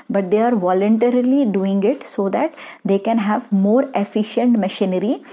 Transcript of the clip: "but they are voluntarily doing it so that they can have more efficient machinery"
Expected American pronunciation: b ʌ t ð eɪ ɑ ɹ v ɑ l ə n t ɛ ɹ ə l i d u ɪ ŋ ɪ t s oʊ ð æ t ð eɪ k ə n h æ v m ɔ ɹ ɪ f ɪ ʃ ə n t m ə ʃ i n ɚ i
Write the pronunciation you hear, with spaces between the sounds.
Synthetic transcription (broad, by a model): b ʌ t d eɪ ɑ ɹ v ɑ l ə n t ɛ ɹ ə l i d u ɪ ŋ ɪ t s oʊ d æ t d eɪ k ə n h æ v m ɔ ɹ ɪ f ɪ ʃ ə n t m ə ʃ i n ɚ i